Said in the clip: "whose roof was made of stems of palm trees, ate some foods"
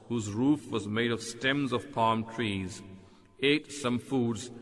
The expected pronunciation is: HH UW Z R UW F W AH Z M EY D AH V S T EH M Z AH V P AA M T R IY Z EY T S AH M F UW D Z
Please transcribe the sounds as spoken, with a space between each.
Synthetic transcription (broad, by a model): HH UW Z R UW F W AH Z M EY D AH V S T EH M Z AH V P AA M T R IY Z EY T S AH M F UW D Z